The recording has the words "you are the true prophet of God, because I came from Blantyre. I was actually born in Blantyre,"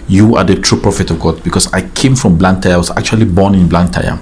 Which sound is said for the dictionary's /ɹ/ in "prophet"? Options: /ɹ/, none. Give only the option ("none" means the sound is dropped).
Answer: /ɹ/